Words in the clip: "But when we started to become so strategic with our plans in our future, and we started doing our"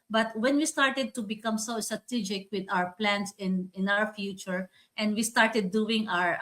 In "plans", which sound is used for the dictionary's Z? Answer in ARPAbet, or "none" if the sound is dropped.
S